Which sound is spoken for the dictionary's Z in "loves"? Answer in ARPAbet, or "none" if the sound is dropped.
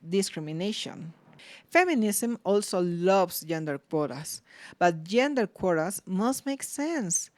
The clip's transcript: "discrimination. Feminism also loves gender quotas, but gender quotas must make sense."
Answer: S